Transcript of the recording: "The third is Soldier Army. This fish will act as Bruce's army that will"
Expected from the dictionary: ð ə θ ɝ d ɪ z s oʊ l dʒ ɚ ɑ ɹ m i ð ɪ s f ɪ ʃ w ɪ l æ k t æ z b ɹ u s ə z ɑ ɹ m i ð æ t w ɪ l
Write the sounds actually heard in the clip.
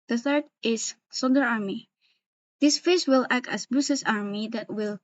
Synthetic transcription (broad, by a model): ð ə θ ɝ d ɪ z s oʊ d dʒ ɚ ɑ ɹ m i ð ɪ s f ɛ s w ɪ l æ k t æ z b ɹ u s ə s ɑ ɹ m i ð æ t w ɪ l